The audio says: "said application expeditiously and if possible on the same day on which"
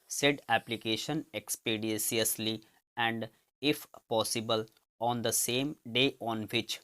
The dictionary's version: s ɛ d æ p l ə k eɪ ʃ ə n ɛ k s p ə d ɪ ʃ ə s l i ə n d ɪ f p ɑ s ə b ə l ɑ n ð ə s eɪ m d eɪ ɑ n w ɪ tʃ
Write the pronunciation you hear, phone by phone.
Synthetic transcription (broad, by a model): s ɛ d æ p l ə k eɪ ʃ ə n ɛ k s p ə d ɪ s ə s l i ə n d ɪ f p ɑ s ə b ə l ɑ n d ə s eɪ m d eɪ ɑ n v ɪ tʃ